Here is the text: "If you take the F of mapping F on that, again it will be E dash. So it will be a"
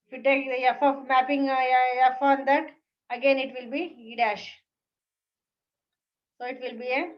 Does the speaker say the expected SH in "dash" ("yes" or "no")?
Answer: yes